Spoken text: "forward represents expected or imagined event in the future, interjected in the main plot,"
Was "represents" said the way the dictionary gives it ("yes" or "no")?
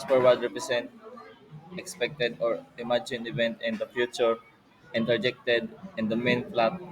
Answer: no